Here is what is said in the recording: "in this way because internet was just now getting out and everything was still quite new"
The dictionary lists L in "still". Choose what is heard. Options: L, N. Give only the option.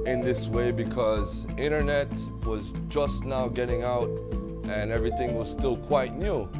L